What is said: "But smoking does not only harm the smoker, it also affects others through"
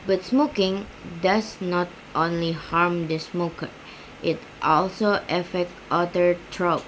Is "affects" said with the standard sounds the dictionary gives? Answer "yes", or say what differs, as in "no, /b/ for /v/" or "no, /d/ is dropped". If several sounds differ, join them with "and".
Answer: no, /s/ is dropped